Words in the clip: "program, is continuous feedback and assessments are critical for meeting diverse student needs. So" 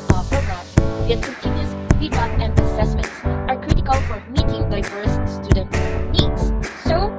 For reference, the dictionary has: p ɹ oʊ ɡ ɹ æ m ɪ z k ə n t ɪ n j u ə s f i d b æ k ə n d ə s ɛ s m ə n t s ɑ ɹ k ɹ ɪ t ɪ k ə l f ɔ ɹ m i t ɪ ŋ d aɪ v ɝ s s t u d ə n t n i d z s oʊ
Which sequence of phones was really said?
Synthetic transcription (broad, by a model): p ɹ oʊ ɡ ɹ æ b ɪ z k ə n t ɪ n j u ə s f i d ɑ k ə n d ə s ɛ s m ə n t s ɑ ɹ k ɹ ɪ t ɪ k ə l f ɔ ɹ m i t ɪ ŋ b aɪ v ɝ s s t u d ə n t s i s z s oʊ